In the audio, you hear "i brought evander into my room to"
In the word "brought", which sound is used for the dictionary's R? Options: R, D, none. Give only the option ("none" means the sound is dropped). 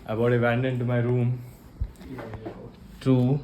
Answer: none